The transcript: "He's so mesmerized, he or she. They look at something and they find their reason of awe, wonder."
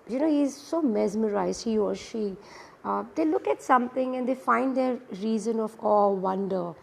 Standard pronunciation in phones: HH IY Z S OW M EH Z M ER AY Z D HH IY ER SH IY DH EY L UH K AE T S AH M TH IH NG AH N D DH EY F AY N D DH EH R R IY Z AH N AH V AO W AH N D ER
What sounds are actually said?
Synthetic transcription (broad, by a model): HH IY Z S OW M EH Z M ER AY Z D HH IY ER SH IY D EY L UH K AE T S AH M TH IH NG AH N D EY F AY N D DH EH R R IY Z AH N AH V AO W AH N D ER